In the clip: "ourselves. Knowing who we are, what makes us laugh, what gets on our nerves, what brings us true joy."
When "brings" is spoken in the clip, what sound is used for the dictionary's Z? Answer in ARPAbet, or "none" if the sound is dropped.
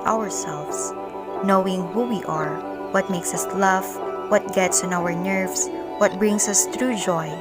S